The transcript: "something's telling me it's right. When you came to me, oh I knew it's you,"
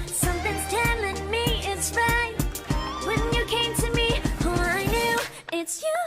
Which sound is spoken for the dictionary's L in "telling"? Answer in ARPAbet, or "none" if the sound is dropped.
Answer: L